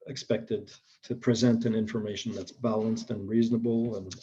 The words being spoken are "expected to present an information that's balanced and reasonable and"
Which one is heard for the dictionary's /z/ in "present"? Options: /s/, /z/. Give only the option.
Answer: /z/